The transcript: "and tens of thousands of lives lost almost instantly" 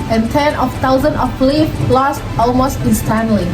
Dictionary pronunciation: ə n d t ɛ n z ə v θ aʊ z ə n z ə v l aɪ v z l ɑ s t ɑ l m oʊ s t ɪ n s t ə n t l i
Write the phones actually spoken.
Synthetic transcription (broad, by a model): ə n t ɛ n ə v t aʊ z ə n ə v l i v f l ɑ s t ɑ l m oʊ s t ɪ n s t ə n l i